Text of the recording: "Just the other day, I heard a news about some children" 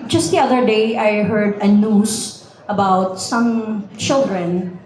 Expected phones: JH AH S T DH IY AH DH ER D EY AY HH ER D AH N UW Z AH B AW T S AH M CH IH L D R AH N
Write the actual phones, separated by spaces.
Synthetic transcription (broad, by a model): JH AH S T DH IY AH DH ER D EY AY HH ER D AH N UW S AH B AW T S AH M CH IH L D R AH N